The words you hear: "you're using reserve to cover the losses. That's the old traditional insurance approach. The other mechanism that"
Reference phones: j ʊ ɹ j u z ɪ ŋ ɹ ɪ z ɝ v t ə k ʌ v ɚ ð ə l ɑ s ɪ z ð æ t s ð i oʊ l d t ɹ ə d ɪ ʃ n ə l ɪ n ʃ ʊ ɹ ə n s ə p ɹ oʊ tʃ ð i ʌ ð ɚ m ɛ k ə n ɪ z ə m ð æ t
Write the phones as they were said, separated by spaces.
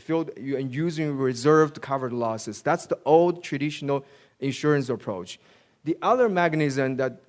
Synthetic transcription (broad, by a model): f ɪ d j u z ɪ ŋ ɹ ɪ z ɝ v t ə k ʌ v ɚ l ɑ s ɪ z ð æ t s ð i oʊ l d t ɹ ə d ɪ ʃ n ə l ɪ n ʃ ʊ ɹ ə n s ə p ɹ oʊ tʃ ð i ʌ ð ɚ m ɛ k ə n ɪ z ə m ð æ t